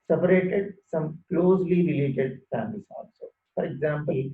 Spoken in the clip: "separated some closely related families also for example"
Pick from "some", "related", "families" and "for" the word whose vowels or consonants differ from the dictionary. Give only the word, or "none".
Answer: families